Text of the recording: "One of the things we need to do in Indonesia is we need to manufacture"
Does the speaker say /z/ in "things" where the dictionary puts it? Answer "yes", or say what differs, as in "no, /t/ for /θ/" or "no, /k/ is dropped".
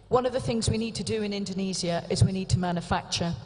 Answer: yes